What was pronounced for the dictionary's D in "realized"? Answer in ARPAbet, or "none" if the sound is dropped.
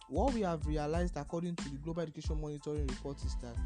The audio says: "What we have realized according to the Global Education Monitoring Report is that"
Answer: D